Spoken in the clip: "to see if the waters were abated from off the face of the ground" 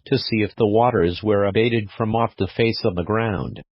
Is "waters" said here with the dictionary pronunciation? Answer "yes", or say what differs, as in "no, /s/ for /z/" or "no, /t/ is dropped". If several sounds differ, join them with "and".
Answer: yes